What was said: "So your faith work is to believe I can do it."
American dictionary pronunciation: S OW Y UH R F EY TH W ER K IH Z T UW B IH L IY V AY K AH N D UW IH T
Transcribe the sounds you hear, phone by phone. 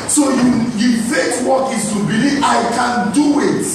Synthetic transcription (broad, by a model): S OW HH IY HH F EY S W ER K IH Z T UW B IH L IY V AY K AH N D UW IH T